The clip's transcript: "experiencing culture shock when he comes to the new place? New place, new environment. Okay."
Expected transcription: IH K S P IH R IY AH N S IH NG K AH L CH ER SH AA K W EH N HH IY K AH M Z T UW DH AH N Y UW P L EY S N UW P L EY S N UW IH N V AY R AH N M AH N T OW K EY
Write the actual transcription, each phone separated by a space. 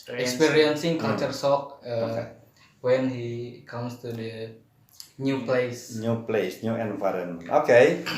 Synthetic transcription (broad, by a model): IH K S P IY R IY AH N S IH NG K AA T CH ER S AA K W EH N HH IY K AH M S T UW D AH N Y UW P L EY S N UW P L EY S N UW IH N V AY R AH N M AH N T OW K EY